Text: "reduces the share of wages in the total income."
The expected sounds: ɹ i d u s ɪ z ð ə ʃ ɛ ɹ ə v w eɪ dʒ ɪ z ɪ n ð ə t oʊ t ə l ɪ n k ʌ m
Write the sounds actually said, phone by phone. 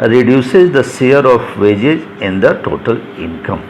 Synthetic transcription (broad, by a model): ɹ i d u s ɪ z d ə s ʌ ɹ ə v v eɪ dʒ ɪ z ɪ n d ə t oʊ t ə l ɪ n k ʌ m